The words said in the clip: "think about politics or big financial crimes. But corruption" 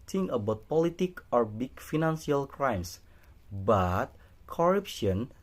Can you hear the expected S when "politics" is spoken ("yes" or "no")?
no